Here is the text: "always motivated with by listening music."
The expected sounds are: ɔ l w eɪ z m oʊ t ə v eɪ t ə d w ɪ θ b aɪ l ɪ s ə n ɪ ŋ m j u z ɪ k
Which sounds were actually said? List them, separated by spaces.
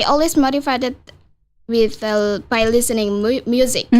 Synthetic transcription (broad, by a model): ɔ l w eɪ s m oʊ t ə f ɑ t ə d w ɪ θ b aɪ l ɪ s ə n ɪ ŋ m j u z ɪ k